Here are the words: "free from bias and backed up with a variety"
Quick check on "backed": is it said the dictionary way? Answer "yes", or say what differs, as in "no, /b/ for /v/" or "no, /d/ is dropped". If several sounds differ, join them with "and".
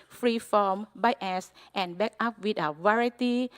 no, /t/ is dropped